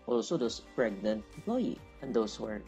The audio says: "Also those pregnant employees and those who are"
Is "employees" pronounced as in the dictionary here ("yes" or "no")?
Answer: no